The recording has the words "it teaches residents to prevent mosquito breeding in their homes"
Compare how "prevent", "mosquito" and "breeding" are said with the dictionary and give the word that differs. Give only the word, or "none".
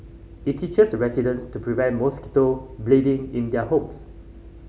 breeding